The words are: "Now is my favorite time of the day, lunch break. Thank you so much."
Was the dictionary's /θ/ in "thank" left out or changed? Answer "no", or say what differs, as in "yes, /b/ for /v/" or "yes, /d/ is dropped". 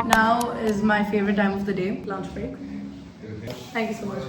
yes, /t/ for /θ/